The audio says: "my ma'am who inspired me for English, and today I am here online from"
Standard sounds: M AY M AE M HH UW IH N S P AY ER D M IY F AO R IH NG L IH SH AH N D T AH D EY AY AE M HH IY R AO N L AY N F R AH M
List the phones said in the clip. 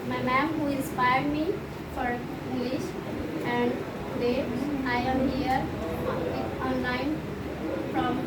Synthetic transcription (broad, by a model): M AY M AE M HH UW IH N S P AY ER D M IY F AO R IH NG L IH SH AH N D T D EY AY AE M HH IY R AO N L AY N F R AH M